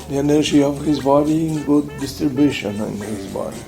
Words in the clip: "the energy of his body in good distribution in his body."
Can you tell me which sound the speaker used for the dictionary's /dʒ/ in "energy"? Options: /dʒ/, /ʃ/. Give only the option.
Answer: /ʃ/